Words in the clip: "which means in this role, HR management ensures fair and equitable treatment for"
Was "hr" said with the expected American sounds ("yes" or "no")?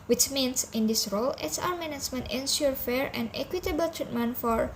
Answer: no